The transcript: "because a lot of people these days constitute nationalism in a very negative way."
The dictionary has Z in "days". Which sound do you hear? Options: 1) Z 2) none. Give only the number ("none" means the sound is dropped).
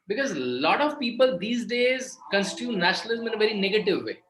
1